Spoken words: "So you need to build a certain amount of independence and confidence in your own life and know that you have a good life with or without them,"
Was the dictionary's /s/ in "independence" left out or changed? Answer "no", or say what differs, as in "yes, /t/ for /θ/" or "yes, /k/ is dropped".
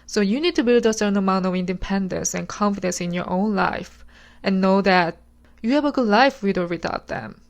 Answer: no